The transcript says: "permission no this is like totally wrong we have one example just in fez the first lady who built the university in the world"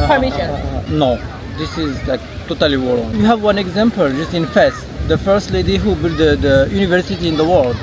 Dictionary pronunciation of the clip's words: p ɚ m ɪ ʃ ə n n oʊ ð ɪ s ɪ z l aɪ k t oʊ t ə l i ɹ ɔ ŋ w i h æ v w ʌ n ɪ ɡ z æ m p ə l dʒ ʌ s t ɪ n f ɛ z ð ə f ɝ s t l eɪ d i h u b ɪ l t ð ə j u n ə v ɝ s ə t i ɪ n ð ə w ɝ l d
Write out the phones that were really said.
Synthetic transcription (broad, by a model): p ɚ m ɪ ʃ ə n n oʊ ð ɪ s ɪ z l aɪ k t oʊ t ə l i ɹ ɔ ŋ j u h æ v w ʌ n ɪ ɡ z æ m p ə l dʒ ʌ s t ɪ n f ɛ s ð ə f ɝ s t l eɪ d i h u b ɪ l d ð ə j u n ə v ɝ s ə t i ɪ n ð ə w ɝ l d